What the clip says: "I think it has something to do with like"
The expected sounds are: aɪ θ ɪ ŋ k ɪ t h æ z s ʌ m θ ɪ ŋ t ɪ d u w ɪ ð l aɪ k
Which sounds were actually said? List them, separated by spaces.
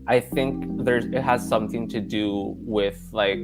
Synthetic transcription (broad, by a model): aɪ θ ɪ ŋ k ɪ t h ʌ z s ʌ m θ ɪ ŋ t ɪ d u w ɪ ð l aɪ k